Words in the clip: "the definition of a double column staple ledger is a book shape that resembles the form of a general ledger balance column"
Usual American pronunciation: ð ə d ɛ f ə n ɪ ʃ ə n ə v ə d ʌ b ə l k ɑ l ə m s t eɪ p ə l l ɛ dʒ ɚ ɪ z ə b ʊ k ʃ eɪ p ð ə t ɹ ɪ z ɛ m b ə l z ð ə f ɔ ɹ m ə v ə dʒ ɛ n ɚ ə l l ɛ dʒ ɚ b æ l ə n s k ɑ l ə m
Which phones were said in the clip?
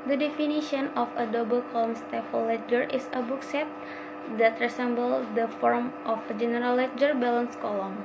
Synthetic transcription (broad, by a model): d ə d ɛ f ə n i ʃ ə n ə f ə d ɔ b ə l k ɑ l ə m s t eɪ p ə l l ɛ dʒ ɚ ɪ s ə b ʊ k s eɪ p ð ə t ɹ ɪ s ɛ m b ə l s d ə f ɔ ɹ m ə f ə dʒ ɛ n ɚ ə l l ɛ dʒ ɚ b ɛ l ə n s k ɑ l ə m